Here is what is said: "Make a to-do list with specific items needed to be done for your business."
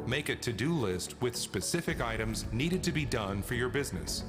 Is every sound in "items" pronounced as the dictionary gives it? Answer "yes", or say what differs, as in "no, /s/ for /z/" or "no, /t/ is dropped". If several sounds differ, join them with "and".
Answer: yes